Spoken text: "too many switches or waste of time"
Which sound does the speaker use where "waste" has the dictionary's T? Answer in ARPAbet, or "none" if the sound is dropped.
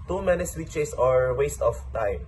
T